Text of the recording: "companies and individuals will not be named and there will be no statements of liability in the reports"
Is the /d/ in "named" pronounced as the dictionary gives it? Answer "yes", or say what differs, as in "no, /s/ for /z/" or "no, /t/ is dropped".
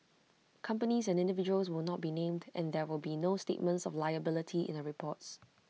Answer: yes